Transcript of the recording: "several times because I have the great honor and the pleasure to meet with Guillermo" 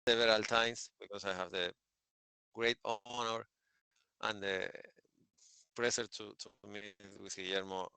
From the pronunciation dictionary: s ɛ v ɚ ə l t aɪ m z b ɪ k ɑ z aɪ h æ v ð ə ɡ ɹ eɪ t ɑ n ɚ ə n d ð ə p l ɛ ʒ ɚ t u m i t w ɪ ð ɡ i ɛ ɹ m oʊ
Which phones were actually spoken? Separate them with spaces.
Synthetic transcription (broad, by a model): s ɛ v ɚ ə l t aɪ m s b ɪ k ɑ s aɪ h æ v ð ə ɡ ɹ eɪ t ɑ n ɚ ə n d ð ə p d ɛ s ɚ t u m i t w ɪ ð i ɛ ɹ m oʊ